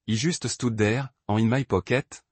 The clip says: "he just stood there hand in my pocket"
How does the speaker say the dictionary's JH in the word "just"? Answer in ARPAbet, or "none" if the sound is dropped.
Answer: ZH